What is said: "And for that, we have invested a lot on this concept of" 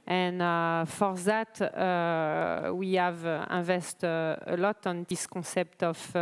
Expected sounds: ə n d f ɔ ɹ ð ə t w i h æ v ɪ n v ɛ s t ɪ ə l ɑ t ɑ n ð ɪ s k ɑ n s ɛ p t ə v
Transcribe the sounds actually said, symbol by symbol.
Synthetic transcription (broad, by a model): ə n f ɔ ɹ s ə t w i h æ v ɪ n v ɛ s t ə l ɑ t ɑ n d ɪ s k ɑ s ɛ p t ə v